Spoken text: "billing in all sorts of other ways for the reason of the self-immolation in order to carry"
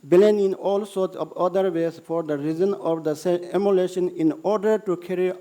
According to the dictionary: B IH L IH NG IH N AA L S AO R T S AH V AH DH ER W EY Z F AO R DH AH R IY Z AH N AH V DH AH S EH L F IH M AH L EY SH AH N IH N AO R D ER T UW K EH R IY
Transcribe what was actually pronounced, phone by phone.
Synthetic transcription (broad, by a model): B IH L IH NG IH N AA L S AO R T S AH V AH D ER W EY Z F AO R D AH R IY Z AH N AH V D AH S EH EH M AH L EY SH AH N IH N AO R D ER T UW K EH R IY